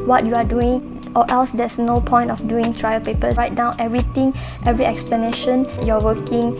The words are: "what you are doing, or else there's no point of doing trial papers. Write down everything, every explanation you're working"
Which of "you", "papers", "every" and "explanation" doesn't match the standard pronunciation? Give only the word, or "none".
papers